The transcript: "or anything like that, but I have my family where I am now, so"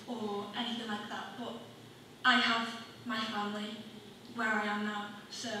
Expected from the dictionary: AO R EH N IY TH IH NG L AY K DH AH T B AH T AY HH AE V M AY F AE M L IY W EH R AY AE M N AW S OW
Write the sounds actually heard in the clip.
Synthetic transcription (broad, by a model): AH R EH N IY TH IH NG L AY K DH AH T B AH T AY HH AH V M AY F AE M L IY W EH R AY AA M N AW S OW